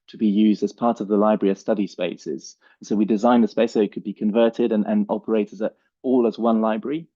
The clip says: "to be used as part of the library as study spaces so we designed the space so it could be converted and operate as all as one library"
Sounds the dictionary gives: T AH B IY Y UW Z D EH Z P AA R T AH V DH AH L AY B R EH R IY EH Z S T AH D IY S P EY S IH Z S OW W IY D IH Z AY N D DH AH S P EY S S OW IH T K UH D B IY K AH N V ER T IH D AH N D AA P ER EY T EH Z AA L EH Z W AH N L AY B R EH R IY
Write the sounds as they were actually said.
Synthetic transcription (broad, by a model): T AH B IY Y UW Z D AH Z P AA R T AH V DH AH L AY B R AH R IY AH S T AH D IY S P EY S IH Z S OW W IY D IH Z AY N DH AH S P EY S S OW IH T K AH D B IY K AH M V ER T IH D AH N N AA P ER EY T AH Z AA L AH Z W AH N L AY B R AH R IY